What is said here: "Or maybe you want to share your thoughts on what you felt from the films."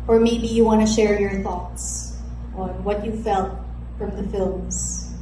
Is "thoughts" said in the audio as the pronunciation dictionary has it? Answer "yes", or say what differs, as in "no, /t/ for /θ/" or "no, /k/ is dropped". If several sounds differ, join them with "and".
yes